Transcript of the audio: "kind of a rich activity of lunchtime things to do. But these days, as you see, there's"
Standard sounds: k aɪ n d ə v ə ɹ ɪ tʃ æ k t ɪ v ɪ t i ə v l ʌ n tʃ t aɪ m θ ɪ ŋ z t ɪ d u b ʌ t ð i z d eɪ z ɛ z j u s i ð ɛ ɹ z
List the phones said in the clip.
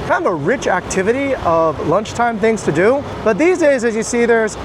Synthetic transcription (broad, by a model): k aɪ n d ə v ə ɹ ɪ tʃ æ k t ɪ v ɪ t i ə v l ʌ n tʃ t aɪ m θ ɪ ŋ z t ɪ d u b ʌ t ð i z d eɪ z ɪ z j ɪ s i ð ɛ ɹ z